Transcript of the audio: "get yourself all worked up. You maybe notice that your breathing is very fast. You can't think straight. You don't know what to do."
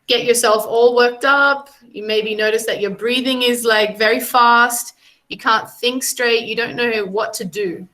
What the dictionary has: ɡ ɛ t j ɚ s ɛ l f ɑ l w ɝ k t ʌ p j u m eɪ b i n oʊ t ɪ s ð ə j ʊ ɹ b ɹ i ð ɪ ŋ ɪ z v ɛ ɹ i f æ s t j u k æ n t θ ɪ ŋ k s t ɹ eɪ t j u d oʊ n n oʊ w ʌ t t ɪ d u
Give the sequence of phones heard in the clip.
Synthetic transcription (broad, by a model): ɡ ɛ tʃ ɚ s ɛ l f ɑ l w ɝ k t ʌ p j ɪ m eɪ b i n oʊ t ɪ s ð ə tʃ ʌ ɹ b ɹ i ð ɪ ŋ ɪ z v ɛ ɹ i f æ s t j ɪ k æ n θ ɪ ŋ k s t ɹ eɪ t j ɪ d oʊ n n oʊ w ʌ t t ɪ d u